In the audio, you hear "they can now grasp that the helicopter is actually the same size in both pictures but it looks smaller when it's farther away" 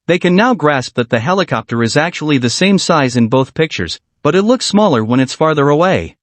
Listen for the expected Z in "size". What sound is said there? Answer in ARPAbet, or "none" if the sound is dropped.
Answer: Z